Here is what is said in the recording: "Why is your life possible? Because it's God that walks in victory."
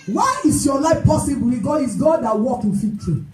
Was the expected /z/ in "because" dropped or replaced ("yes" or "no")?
yes